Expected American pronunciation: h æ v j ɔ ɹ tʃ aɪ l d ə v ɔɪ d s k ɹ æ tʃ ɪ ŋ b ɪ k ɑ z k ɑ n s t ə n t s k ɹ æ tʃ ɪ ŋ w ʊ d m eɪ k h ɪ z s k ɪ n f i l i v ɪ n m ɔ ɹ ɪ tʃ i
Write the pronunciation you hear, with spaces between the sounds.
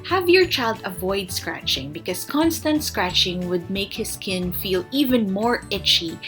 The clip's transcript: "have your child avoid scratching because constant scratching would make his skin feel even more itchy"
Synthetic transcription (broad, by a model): h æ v j ɔ ɹ tʃ aɪ l d ə v ɔɪ d s k ɹ æ tʃ ɪ ŋ b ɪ k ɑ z k ɑ n s t ə n t s k ɹ æ tʃ ɪ ŋ w ʊ d m eɪ k h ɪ s k ɪ n f i l i v ɪ n m ɔ ɹ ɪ tʃ i